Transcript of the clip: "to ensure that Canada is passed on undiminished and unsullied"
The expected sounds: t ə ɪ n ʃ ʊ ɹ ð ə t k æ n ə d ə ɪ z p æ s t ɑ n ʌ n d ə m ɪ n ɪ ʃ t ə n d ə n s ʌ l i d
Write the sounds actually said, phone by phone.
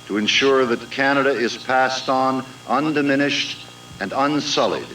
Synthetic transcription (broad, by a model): t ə ɪ n ʃ ʊ ɹ ð ə t k æ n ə d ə ɪ z p æ s t n ʌ n d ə m ɪ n ɪ ʃ t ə n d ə n s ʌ l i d